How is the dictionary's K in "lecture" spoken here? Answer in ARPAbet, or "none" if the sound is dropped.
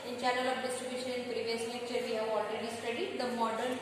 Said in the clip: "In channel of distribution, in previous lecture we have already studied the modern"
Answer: none